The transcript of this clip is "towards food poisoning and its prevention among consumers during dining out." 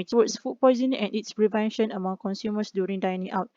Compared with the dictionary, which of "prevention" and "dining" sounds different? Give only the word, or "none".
none